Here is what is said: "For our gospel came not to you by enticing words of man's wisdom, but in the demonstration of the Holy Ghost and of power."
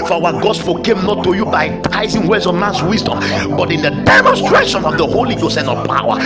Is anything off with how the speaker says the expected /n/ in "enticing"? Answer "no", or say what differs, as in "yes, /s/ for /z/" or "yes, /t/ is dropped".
yes, /n/ is dropped